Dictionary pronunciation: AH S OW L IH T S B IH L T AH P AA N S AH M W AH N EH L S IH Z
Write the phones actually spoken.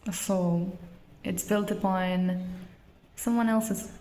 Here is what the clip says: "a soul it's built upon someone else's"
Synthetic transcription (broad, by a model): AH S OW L IH T S B IH L T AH B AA N S AH M W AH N EH L S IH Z